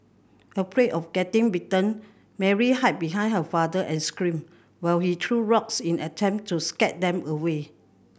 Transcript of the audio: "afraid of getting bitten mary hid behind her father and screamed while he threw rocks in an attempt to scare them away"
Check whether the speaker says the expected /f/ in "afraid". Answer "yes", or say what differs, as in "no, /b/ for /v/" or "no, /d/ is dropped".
no, /p/ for /f/